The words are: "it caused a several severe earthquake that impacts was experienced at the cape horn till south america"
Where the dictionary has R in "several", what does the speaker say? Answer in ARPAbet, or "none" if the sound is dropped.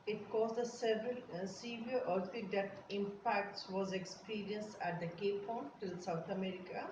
R